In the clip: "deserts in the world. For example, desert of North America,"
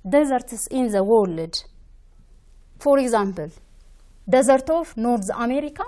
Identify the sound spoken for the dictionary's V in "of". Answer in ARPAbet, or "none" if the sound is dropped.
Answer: F